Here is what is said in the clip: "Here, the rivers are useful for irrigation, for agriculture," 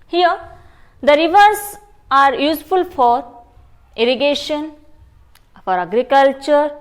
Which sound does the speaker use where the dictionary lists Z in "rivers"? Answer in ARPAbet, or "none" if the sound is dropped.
S